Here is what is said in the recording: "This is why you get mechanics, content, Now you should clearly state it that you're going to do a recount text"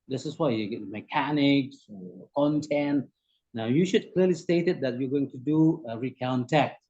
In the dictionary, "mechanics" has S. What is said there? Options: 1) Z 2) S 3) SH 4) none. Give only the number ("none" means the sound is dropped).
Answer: 2